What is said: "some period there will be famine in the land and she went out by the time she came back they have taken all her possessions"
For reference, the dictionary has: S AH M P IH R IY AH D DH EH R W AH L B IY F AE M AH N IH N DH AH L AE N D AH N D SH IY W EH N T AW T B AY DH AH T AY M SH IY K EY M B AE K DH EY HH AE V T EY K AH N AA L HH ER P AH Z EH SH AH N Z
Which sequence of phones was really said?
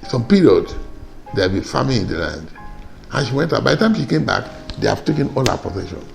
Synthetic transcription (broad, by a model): S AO M P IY R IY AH D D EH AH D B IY F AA M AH L IH N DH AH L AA N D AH N SH IY W EH N T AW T B AY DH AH T AY M SH IY K EY M B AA K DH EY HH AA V T EY K AH N AA L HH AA P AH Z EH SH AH N